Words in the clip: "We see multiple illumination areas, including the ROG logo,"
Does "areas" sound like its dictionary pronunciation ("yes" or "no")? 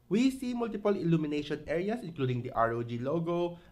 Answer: no